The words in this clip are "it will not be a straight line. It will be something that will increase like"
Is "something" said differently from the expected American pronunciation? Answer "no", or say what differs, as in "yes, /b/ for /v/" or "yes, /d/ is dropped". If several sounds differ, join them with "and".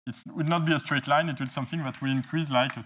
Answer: no